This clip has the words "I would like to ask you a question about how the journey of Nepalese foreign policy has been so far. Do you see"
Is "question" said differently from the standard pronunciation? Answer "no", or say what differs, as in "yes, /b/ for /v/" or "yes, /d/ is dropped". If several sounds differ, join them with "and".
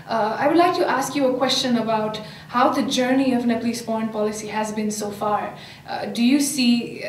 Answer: no